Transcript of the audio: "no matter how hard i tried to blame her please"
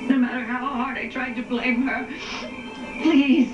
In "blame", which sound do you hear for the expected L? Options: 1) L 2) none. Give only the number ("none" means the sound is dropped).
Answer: 1